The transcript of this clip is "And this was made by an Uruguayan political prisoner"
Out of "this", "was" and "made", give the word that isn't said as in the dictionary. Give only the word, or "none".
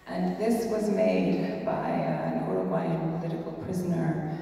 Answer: none